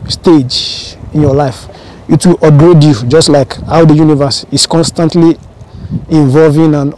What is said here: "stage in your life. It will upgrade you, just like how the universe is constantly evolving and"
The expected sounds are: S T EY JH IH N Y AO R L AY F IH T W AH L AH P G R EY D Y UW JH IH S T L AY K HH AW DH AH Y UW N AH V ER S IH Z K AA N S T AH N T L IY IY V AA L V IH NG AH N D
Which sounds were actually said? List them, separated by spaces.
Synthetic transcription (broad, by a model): S T EY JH IH N Y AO L AY F IH T W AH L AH G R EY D Y UW JH IH S T L AY K HH AW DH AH Y UW N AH V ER S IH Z K AA N S T AH N T L IY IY V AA L V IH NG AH N